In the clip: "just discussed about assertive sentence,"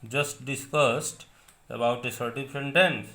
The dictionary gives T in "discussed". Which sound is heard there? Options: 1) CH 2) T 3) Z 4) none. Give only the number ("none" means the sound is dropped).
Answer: 2